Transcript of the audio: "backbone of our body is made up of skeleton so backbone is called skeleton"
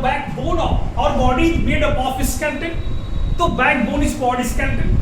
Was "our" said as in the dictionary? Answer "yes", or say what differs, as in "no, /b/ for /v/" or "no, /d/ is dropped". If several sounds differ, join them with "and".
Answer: yes